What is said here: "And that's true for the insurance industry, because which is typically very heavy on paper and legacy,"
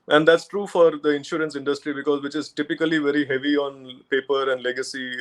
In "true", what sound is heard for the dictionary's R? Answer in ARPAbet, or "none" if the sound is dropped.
R